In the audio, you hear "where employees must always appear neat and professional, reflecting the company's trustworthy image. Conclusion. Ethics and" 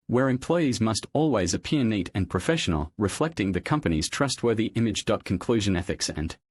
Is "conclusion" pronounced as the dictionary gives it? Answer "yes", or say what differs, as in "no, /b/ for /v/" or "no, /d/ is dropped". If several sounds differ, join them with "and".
yes